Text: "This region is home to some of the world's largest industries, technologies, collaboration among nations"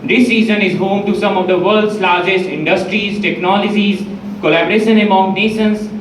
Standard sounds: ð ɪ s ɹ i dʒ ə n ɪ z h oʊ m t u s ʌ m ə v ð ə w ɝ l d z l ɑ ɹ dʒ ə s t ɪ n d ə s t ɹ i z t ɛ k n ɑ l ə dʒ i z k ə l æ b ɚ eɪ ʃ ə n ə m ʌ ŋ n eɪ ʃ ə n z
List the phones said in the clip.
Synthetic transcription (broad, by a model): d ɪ s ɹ i z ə n ɪ z h oʊ m t u s ʌ m ə v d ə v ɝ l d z l ɑ ɹ dʒ ə s t ɪ n d ə s t ɹ i z t ɛ k n ɑ l ə dʒ i z k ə l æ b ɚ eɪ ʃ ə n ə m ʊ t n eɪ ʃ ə n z